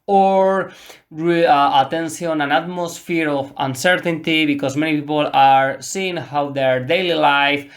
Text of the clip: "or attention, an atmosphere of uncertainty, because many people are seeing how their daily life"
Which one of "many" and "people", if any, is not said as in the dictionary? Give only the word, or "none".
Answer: none